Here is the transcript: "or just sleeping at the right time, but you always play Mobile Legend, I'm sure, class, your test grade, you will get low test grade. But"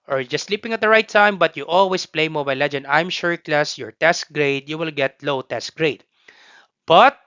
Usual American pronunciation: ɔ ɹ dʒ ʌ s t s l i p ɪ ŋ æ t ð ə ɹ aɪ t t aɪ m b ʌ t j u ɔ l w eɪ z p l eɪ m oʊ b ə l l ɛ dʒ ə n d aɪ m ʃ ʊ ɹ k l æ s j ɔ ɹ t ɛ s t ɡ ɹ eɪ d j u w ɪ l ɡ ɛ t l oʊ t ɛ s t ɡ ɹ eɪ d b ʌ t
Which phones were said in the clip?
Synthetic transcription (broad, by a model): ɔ ɹ dʒ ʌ s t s l i p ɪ ŋ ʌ t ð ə ɹ aɪ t t aɪ m b ʌ t j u ɔ l w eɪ s p l eɪ m oʊ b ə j l ɛ dʒ ə n d aɪ m ʃ ʊ ɹ k l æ s j ɔ ɹ t ɛ s t ɡ ɹ eɪ d j u w ɪ l ɡ ɛ t l oʊ t ɛ s t ɡ ɹ eɪ d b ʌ t